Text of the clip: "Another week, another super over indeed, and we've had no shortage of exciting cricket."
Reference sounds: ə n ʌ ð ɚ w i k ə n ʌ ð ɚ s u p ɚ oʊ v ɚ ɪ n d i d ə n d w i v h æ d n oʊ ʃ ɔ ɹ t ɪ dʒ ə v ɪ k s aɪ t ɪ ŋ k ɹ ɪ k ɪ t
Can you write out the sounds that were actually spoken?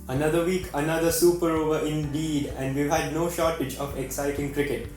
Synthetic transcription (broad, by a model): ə n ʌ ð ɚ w i k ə n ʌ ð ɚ s u p ɚ oʊ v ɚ ɪ n d i d ə n d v i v h æ d n oʊ ʃ ɔ ɹ t ɪ dʒ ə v ɪ k s aɪ t ɪ ŋ k ɹ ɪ k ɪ t